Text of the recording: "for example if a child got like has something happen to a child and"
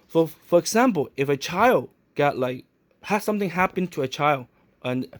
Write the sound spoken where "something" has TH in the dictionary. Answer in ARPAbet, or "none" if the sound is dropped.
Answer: TH